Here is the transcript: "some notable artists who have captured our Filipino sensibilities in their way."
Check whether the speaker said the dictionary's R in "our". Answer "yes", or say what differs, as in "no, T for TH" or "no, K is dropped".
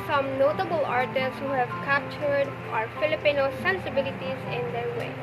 yes